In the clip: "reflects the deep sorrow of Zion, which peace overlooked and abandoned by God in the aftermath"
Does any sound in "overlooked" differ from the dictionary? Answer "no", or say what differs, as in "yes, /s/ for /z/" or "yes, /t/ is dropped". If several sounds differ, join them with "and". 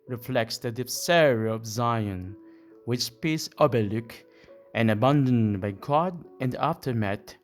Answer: yes, /b/ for /v/